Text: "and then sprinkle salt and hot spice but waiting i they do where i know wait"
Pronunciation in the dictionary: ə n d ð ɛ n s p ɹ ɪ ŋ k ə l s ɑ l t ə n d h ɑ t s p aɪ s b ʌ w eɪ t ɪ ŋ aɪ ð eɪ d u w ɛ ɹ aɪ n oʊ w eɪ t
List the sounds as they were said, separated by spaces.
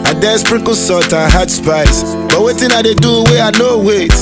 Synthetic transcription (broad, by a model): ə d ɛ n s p ɹ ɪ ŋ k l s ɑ t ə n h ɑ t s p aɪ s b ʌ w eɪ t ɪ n aɪ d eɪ d u w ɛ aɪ n oʊ w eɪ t